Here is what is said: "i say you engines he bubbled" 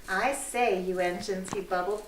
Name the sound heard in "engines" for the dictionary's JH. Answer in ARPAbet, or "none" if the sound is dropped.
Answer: SH